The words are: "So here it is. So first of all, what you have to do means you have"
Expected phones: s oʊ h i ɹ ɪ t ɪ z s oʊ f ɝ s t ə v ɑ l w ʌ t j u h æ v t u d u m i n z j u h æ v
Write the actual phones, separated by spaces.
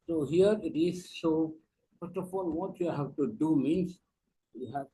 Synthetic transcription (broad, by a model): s oʊ h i ɹ ɪ t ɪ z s oʊ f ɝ t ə f ɑ l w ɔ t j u h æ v t u d u m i n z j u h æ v